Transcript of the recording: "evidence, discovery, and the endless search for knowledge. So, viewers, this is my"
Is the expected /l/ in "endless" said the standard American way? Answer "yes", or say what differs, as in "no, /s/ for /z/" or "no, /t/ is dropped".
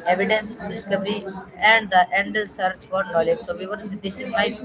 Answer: no, /l/ is dropped